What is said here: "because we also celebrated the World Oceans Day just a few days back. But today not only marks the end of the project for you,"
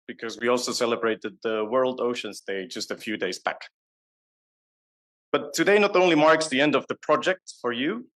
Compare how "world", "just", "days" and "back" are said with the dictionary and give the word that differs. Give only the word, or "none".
none